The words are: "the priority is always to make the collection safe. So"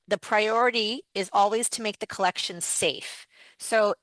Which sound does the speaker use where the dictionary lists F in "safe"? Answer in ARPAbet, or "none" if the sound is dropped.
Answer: F